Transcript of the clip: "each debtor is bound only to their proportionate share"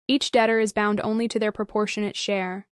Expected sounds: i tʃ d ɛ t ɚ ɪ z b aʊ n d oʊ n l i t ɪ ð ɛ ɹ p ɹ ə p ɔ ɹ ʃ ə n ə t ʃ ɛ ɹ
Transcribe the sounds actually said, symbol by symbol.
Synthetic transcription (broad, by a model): i tʃ d ɛ t ɚ ɪ z b aʊ n d oʊ n l i t ɪ ð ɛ ɹ p ɹ ə p ɔ ɹ ʃ ə n ə t ʃ ɛ ɹ